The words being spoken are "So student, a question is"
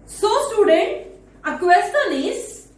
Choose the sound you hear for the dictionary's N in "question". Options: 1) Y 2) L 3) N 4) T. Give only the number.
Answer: 2